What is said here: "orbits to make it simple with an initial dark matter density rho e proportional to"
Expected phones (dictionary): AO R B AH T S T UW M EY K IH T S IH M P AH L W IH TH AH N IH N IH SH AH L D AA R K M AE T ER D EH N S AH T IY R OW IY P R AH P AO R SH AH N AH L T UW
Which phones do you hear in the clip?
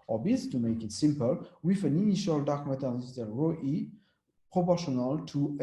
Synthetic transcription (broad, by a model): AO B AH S T UW M EY K IH T S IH M P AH L W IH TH AH N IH N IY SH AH L D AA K M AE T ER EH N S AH S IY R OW IY P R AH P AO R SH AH N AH L T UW